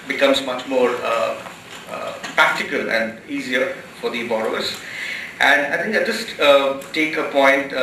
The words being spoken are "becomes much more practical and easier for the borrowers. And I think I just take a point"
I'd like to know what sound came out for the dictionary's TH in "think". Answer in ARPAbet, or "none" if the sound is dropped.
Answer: T